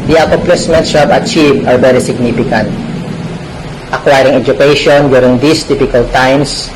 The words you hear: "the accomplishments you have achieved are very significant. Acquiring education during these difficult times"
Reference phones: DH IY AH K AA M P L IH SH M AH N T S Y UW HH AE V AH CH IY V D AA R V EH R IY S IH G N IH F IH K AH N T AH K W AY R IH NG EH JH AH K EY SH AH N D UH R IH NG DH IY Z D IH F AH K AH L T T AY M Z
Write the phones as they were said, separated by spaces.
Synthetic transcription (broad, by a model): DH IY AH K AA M P L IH S M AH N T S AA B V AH CH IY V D AA R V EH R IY S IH G N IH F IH K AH N T AH K W AY R IH NG EH JH AH K EY SH AH N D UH R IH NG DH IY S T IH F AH K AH L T T AY M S